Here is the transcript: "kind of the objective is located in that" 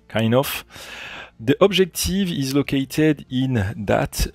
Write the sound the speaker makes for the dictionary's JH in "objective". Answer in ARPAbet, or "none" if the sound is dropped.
ZH